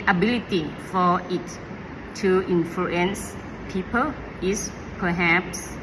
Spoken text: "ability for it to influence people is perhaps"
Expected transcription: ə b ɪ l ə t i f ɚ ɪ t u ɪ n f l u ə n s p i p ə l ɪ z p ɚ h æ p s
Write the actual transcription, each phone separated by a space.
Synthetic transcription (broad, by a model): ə b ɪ l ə t i f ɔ ɪ t u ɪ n f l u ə n s p i p ə l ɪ s p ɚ h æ p s